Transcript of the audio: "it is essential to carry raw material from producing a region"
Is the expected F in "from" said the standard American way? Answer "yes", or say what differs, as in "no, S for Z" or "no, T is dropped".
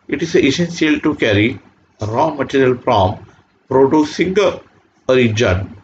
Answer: no, P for F